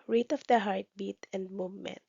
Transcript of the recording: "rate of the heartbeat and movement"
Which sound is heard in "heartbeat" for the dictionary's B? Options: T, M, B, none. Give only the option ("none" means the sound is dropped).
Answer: B